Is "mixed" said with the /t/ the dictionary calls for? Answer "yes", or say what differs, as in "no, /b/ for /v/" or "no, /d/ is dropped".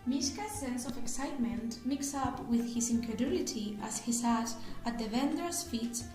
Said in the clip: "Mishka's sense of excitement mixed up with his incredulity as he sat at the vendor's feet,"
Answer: no, /t/ is dropped